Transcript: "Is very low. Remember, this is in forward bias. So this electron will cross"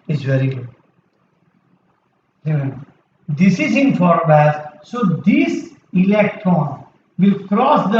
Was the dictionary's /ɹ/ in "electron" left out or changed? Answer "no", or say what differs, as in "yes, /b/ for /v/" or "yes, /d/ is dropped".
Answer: yes, /ɹ/ is dropped